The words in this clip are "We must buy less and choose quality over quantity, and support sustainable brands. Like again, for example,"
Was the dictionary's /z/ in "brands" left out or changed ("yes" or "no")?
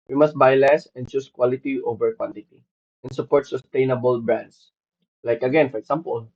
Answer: yes